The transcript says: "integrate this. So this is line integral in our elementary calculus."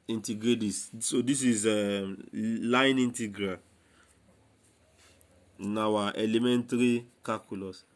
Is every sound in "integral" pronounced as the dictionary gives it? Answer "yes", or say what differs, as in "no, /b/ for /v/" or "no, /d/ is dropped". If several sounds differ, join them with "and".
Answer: no, /n/ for /l/